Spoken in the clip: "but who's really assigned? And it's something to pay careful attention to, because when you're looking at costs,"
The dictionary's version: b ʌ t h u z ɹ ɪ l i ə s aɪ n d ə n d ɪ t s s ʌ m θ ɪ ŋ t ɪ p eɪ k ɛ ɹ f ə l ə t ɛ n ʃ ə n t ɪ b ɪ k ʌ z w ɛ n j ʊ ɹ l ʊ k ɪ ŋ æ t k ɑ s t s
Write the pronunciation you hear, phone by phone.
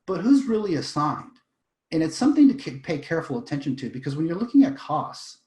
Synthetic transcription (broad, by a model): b ʌ t h u z ɹ ɪ l i ə s aɪ n d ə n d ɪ t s s ʌ m θ ɪ ŋ t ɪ p eɪ k ɛ ɹ f l ə t ɛ n ʃ ə n t ɪ b ɪ k ʌ z w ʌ n j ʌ ɹ l ʊ k ɪ ŋ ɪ t k ɑ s s